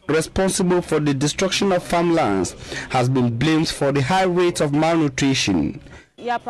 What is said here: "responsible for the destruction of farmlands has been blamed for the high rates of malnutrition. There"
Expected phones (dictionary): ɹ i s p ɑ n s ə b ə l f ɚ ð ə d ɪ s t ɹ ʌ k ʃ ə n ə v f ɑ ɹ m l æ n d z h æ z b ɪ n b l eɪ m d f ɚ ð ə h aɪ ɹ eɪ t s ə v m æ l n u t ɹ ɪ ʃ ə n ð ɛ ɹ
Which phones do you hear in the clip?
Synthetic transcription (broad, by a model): ɹ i s p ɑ n s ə b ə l f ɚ ð ə d ɪ s t ɹ ʌ k ʃ ə n ə v f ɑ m l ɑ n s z h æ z b ɪ n b l eɪ m d f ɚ ð ə h aɪ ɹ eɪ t ə v m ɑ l n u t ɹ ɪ ʃ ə n